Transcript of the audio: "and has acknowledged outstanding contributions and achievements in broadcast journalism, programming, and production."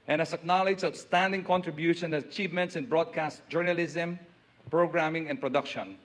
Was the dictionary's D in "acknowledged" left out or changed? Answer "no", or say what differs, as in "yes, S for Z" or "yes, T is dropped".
yes, D is dropped